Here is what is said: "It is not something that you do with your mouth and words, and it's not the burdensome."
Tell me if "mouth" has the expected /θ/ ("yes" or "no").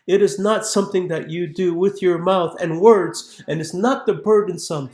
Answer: yes